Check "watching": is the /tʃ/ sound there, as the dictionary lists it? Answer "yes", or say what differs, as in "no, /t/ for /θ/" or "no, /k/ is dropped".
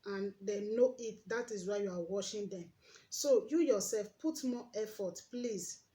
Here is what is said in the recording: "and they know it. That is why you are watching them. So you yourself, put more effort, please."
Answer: no, /ʃ/ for /tʃ/